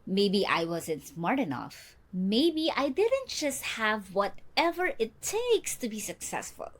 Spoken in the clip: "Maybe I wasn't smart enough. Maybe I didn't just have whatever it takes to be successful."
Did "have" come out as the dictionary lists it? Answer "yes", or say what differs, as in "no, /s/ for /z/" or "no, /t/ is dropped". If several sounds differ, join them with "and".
yes